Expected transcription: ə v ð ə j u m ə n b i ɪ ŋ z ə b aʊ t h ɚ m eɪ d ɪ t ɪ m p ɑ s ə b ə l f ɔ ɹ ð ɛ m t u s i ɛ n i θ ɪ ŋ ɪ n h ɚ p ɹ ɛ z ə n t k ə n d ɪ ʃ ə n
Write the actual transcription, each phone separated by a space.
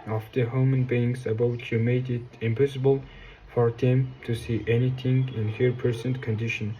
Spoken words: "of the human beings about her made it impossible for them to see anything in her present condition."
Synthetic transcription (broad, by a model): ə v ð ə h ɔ m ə n b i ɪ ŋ s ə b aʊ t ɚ m eɪ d ɪ t ɪ m p ɑ s ə b ə l f ɔ ɹ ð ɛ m t u s i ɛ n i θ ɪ ŋ ɪ n h ɚ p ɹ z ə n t k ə n d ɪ ʃ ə n